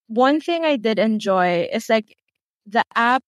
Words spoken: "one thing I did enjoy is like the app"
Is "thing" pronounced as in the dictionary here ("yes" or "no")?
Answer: yes